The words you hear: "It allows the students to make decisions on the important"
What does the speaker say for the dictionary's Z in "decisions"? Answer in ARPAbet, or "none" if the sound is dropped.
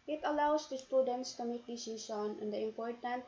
none